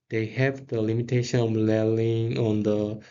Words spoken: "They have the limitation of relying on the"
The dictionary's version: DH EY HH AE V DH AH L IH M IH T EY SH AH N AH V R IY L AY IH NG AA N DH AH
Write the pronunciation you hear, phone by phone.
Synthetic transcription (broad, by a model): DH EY HH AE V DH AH L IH M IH T EY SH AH N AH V L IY L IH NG AA N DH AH